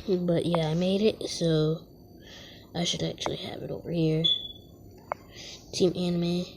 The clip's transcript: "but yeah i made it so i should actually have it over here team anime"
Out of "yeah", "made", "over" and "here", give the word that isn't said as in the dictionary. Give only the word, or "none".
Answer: none